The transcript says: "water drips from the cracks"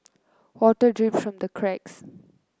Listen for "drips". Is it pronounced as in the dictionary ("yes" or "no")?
no